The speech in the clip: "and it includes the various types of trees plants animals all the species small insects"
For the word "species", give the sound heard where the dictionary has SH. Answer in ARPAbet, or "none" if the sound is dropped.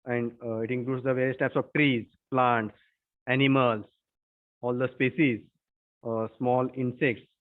S